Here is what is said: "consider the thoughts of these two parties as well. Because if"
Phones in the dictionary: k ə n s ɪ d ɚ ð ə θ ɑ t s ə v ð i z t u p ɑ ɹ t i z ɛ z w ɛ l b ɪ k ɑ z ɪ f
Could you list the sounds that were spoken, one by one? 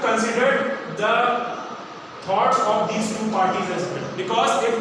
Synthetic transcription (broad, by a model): k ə n s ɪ d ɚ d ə t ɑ t s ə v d i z t u p ɑ ɹ t i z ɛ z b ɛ n b ɪ k ɑ z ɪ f